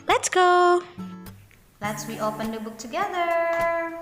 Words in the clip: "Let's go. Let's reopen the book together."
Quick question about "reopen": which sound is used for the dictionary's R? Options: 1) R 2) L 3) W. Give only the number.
3